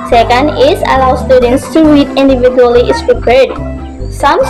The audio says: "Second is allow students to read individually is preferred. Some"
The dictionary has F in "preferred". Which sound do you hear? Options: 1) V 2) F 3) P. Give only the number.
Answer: 3